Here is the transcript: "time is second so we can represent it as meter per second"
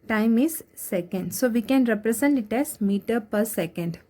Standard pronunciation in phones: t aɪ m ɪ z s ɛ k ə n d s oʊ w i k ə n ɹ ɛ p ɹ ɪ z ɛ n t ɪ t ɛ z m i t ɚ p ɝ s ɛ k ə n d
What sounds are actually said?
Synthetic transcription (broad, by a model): t aɪ m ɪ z s ɛ k ə n d s oʊ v i k ə n ɹ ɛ p ɹ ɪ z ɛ n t ɪ t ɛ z m i t ɚ p ɝ s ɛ k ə n d